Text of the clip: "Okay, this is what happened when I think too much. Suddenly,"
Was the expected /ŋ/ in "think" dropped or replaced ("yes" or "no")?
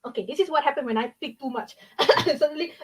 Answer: yes